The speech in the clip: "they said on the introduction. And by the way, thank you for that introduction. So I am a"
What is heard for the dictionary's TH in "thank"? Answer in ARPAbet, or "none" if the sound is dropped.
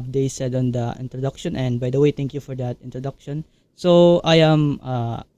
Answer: T